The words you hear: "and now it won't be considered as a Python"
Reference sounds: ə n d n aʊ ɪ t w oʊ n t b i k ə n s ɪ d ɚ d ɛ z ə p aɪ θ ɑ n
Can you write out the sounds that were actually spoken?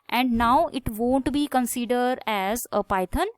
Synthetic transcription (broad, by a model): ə n d n aʊ ɪ t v oʊ n t b i k ə n s ɪ d ɚ d ɛ z ə p aɪ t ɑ n